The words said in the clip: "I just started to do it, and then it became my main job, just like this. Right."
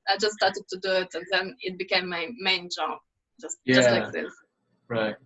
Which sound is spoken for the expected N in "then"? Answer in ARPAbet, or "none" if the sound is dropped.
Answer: N